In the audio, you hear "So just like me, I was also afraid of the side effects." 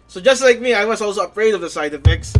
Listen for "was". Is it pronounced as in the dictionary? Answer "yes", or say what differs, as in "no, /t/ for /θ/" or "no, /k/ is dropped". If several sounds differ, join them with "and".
no, /s/ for /z/